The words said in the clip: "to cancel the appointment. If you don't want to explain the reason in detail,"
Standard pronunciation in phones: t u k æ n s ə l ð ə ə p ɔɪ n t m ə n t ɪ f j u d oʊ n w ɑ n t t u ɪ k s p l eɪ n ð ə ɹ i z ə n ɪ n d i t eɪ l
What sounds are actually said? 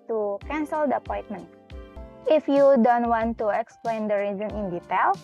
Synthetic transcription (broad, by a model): t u k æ n s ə l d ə ə p ɔɪ n t m ə n t ɪ f j u d oʊ n w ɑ n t t u ɪ k s p l eɪ n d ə ɹ i z ə n ɪ n d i t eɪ l